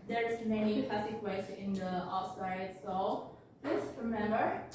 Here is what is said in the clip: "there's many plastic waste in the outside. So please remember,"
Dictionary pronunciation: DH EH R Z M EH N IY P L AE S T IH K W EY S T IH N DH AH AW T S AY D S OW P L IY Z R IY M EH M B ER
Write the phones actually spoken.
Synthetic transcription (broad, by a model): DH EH R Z M EH N IY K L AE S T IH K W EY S IH N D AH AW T S AY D S OW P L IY S R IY M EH M B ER